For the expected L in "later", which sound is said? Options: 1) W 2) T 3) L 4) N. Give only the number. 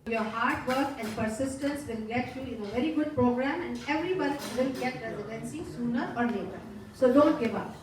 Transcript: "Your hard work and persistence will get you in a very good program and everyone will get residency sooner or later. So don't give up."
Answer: 4